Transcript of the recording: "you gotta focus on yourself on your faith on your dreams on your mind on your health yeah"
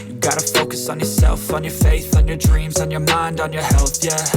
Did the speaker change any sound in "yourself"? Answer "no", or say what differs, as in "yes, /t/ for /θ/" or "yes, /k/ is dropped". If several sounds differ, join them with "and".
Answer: no